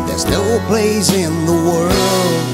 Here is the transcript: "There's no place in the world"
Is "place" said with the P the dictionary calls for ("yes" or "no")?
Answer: no